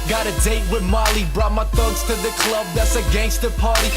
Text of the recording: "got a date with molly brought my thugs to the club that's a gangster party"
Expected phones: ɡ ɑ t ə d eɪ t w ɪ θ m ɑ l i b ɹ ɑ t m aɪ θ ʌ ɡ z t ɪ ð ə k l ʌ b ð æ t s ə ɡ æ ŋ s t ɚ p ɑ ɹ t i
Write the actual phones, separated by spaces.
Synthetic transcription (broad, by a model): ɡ ɑ t ə d eɪ t w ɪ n m ɑ l i b ɹ ɑ t m aɪ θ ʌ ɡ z t ɪ ð ə k l ʌ b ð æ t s ə ɡ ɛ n s t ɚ p ɑ ɹ t i